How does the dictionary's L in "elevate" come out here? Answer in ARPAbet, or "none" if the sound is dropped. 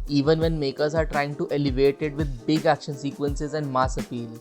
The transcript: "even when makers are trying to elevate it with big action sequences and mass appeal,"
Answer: L